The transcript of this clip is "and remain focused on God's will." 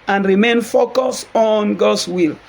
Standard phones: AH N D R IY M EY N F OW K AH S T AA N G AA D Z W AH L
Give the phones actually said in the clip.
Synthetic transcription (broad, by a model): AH N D R IY M EY N F OW K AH S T AA N G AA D S W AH L